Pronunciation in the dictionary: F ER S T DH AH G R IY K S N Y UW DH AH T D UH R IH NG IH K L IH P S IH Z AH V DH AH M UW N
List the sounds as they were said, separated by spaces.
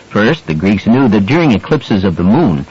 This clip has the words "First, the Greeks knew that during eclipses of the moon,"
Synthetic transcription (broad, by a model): F ER S T DH AH G R IY K S N Y UW DH AH T D UH R IH NG IH K L IH P S IH Z AH V DH AH M UW N